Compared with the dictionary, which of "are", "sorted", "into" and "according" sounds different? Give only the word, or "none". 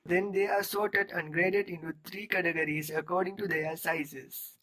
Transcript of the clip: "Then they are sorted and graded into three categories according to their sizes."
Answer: none